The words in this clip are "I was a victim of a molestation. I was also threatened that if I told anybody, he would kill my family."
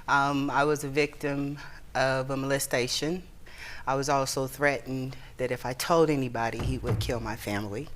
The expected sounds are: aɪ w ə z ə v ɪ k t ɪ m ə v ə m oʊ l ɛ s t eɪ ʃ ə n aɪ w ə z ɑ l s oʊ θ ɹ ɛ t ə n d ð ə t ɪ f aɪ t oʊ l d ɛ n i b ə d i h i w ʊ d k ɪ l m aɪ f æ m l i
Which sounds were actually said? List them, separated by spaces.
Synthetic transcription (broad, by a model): aɪ w ə z ə v ɪ k t ɪ m ə v ə m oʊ l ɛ s t eɪ ʃ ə n aɪ w ə z ɑ l s oʊ θ ɹ ɛ t n ð ə t ɪ f aɪ t oʊ l d ɛ n i b ə d i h i w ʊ d k ɪ l m aɪ f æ m l i